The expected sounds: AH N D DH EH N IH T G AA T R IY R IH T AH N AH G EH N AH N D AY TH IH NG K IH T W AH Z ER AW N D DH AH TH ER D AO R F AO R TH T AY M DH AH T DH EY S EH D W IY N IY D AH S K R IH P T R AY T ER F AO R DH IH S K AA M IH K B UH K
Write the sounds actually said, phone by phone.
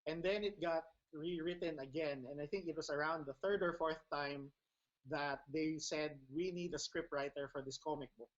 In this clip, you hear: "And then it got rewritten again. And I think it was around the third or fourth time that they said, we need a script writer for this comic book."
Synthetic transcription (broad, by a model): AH N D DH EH N IH T G AA T R IY R IH T AH N AH G EH N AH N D AY TH IH NG K IH T W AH S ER AW N D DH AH TH ER D AO R F AO R TH T AY M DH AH T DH EY S EH D W IY N IY D AH S K R IH P T R AY T ER F AO R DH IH S K AA M IH K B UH K